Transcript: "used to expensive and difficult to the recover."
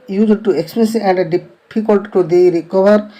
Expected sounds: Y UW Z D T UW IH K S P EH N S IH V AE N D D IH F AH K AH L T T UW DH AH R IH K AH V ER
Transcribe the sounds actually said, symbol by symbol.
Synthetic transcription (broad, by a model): Y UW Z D T UW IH K S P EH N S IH AE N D D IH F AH K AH L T T UW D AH R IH K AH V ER